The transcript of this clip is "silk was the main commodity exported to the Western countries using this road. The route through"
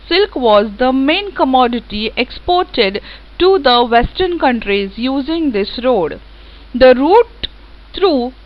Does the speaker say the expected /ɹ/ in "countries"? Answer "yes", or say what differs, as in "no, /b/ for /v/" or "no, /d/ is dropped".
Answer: yes